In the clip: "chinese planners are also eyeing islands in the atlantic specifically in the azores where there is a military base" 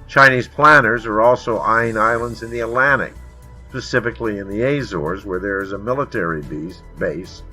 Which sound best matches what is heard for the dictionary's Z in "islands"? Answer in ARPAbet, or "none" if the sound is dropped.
Z